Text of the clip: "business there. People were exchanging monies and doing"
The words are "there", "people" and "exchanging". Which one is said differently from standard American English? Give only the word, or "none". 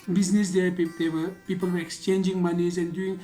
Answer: there